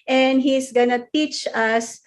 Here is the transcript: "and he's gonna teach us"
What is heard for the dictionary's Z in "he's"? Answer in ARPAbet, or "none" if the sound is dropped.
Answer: S